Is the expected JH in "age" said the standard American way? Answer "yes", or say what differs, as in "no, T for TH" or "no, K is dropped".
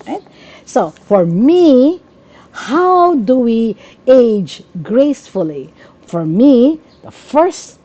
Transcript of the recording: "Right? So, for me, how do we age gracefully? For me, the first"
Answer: yes